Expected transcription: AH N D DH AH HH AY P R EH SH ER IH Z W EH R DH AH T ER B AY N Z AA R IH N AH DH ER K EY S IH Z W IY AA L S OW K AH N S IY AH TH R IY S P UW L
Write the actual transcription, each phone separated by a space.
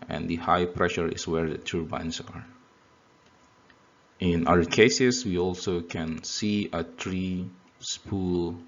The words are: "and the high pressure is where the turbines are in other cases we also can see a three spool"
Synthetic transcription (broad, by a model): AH N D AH HH AY P R EH SH ER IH S W EH R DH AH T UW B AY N S AA R IH N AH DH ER K EY S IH S W IY AA L S OW K AH N S IY AH T R IY S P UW L